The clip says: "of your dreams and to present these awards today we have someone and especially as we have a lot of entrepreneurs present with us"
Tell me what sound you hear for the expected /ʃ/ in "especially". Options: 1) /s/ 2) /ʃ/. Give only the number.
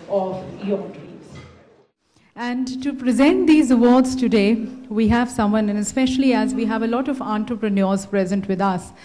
2